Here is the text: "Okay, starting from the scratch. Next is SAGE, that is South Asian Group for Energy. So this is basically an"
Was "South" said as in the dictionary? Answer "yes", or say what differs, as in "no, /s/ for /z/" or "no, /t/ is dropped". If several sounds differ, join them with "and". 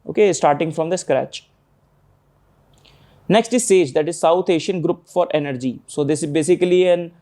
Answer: no, /t/ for /θ/